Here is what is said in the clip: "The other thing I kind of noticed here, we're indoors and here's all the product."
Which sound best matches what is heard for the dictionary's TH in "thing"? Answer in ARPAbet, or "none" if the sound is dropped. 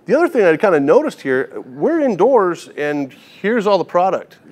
TH